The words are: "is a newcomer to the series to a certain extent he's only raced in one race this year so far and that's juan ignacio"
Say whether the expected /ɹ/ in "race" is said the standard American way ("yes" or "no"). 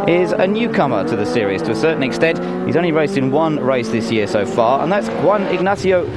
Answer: yes